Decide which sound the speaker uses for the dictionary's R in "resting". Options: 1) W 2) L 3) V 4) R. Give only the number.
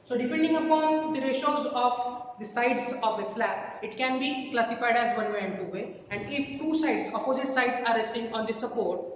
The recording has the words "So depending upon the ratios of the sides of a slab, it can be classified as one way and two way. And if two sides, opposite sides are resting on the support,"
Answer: 4